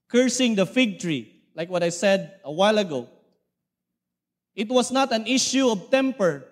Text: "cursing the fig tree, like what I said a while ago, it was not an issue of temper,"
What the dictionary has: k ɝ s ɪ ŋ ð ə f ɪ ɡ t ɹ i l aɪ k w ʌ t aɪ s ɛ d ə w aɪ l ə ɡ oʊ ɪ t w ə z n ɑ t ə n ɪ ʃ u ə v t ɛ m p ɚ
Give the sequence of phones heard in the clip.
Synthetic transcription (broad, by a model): k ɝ s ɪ ŋ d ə f ɪ ɡ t ɹ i l aɪ k w ʌ t aɪ s ɛ d ə w aɪ l ə ɡ oʊ ɪ t w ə s n ɑ t ə n ɪ ʃ u ə v t ɛ m p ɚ